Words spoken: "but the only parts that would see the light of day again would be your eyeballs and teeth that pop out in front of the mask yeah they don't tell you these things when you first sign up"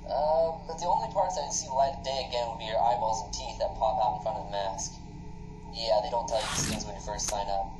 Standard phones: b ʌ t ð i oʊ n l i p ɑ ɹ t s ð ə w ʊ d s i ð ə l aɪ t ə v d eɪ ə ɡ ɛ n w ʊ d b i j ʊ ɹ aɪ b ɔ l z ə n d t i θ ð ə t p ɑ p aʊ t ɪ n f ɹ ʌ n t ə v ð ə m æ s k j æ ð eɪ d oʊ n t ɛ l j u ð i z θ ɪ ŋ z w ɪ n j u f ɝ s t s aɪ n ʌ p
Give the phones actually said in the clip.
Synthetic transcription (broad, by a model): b ʌ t ð i oʊ n l i p ɑ ɹ t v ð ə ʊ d s i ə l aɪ ə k d eɪ ə ɡ ɛ n w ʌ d b i j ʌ ɹ aɪ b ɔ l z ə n t i θ ð ə t p ɑ p aʊ t n f ɹ ʌ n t ə v ð ə m æ s k j æ ð eɪ d oʊ n t ɛ l j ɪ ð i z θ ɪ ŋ z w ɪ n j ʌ f ɝ s t s aɪ n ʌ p